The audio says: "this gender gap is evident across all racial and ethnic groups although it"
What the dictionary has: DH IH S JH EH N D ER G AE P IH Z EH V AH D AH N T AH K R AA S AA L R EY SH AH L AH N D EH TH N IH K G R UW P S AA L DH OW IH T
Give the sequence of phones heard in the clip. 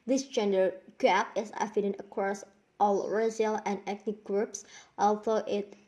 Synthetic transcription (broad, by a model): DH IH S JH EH N D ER G AE P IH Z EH F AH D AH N AH K R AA S AA L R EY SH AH L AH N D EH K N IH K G R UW P S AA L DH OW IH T